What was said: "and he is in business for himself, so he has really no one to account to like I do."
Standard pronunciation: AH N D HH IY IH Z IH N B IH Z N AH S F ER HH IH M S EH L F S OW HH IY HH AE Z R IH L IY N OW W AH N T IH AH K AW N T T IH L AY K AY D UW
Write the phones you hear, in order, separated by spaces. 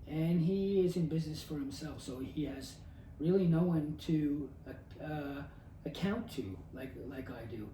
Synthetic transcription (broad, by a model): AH N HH IY IH Z IH N B IH Z N AH S F ER HH IH M S EH L F S OW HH IY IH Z R IH L IY N OW W AH N T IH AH K AW N T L IH L AY K AY D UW